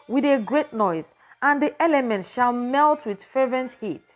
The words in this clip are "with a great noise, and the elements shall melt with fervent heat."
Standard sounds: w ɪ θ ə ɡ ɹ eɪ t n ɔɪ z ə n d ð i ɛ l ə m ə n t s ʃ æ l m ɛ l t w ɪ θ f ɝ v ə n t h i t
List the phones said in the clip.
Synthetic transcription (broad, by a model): w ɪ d ə ɡ ɹ eɪ t n ɔɪ z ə n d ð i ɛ l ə m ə n t ʃ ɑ l m ɛ l t w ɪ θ f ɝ v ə n t h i t